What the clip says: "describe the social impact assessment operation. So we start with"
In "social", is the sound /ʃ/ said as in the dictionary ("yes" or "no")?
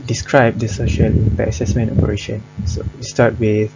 yes